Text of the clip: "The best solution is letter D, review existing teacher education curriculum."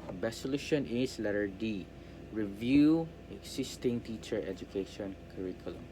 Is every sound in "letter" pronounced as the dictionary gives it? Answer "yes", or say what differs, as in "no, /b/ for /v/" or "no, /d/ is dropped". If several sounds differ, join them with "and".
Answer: yes